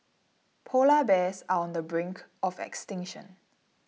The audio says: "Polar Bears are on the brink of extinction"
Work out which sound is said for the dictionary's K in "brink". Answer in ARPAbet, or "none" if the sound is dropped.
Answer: K